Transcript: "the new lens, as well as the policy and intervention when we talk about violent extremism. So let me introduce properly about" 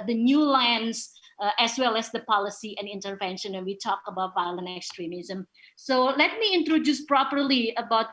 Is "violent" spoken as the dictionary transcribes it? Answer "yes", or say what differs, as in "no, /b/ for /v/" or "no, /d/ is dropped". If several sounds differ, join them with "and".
yes